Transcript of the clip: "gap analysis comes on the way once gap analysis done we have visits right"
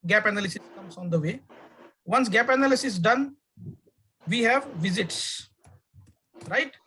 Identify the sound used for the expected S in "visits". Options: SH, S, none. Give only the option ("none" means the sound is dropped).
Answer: S